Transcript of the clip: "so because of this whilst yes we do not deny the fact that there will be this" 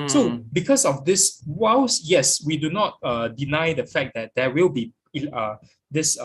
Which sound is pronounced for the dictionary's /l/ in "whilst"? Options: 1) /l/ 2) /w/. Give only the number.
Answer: 2